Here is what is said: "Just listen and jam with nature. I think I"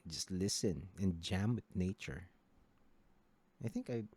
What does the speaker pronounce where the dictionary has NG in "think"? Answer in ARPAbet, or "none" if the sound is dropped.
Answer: NG